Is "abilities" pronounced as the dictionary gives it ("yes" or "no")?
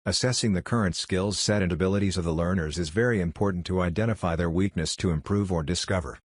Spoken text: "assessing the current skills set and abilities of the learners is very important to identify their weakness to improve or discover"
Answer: yes